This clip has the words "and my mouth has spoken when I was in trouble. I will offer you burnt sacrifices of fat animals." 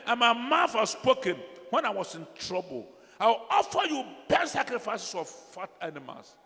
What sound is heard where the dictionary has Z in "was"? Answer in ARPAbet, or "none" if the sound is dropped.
S